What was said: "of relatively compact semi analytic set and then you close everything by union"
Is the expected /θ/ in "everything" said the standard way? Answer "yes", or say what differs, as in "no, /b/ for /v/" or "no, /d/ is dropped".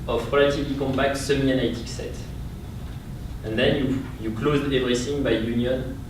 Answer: no, /s/ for /θ/